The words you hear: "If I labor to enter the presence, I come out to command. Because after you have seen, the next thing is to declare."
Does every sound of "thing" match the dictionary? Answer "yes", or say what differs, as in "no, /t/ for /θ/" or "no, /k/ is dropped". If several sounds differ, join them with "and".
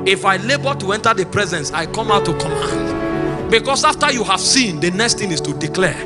no, /t/ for /θ/